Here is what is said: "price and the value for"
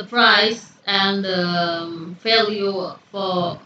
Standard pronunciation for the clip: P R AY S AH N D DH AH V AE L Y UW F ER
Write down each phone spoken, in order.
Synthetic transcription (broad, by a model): P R AY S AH N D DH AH F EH L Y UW F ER